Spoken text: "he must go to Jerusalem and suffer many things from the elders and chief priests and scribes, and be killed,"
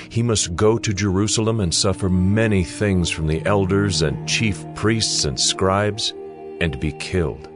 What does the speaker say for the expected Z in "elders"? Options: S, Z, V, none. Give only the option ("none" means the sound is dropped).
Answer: Z